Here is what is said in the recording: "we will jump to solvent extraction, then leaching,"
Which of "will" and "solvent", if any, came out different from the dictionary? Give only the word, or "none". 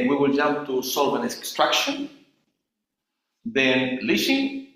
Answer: solvent